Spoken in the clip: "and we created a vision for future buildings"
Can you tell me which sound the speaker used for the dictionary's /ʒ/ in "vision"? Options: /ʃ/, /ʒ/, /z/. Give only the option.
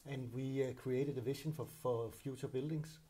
/ʃ/